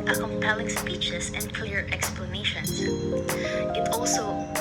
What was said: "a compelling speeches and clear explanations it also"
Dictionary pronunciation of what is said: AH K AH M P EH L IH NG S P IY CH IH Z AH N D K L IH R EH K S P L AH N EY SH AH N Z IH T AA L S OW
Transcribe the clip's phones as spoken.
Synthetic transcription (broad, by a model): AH K AH M P EH L IH NG S P IY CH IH S AH N D K L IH R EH K S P L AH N EY SH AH N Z IH T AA L S OW